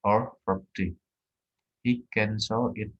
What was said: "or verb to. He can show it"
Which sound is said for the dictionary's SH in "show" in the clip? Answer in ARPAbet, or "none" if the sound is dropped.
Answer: S